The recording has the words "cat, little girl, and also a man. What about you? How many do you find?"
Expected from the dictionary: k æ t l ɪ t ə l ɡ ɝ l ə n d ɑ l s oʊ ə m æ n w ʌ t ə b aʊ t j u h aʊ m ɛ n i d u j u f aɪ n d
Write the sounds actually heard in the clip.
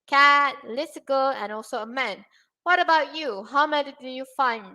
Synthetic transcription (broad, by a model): k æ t l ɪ s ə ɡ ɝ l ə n ɑ l s oʊ ə m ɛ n w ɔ t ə b aʊ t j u h aʊ m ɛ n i d u j u f aɪ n